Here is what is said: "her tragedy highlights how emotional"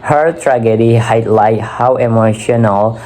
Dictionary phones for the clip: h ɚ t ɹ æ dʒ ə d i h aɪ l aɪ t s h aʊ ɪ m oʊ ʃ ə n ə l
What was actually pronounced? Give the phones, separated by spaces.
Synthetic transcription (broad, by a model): h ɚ t ɹ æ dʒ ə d i h aɪ l aɪ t h aʊ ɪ m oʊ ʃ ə n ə l